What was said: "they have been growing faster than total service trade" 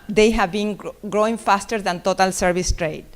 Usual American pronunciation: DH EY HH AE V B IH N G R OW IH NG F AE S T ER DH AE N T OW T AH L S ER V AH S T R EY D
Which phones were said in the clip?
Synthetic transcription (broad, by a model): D EY HH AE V B IH N G R OW IH NG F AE S T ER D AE N T OW T AH L S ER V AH S T R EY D